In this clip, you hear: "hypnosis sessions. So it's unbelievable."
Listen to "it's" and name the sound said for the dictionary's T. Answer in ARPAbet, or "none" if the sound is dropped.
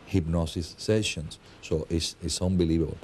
S